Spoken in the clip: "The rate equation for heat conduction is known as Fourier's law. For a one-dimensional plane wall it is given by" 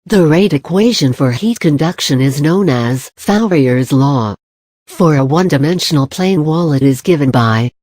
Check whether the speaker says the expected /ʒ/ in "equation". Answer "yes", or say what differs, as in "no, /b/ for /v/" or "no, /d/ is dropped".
yes